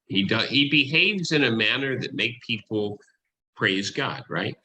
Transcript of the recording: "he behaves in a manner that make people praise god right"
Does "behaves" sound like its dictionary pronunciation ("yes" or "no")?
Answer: yes